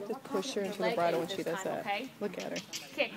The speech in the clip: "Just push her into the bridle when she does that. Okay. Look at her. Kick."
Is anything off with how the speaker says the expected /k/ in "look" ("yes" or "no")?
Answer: no